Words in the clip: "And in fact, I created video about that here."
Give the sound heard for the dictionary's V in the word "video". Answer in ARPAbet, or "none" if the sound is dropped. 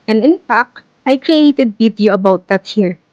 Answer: B